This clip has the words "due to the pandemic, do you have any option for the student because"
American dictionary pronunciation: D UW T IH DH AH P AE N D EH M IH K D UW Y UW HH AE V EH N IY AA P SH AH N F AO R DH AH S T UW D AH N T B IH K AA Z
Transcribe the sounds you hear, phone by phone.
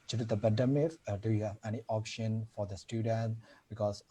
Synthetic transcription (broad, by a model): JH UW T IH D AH B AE D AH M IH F D UW Y UW HH AE V EH N IY AA P SH AH N F AO R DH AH S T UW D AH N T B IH K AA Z